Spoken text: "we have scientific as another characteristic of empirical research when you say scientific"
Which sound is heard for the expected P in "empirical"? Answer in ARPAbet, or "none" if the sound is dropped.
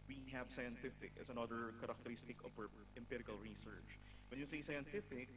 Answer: P